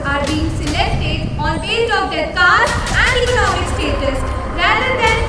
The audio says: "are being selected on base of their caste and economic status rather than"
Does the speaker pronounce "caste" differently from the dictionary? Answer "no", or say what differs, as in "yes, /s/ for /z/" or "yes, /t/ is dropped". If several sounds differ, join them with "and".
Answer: yes, /s/ is dropped